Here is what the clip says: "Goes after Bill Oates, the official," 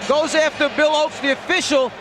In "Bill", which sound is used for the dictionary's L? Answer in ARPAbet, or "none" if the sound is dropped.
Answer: L